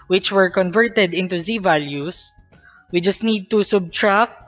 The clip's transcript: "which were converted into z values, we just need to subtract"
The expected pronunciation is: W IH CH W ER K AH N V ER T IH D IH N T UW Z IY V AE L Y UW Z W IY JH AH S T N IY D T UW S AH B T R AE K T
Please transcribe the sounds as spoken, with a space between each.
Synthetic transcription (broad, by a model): W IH CH W ER K AH N V ER T IH D IH N T UW Z IY V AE L Y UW S W IY JH AH S T N IY D T UW S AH B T R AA K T